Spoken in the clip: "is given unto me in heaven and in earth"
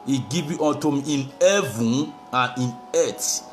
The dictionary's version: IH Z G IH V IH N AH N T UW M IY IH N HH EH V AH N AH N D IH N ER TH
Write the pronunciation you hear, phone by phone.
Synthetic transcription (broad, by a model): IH G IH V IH AO N T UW M IY IH N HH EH V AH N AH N IH N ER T